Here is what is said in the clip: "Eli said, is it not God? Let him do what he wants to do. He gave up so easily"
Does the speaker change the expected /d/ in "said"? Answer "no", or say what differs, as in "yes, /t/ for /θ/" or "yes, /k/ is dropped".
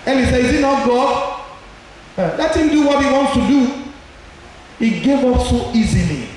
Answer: yes, /d/ is dropped